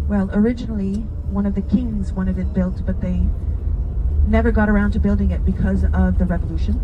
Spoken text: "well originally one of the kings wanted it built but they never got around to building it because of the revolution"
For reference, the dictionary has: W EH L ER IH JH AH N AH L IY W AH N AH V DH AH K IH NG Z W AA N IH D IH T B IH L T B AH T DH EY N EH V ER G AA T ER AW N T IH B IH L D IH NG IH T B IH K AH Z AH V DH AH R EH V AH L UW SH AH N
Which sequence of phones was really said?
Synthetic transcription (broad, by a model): W EH L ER IH JH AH N L IY W AH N AH V DH AH K IH NG Z W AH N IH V IH T B IH L T B AH T DH EY N EH V ER G AA T ER AW N T IH B IH L D IH NG IH T B IH K AH Z AH V DH AH R EH V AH L UW SH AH N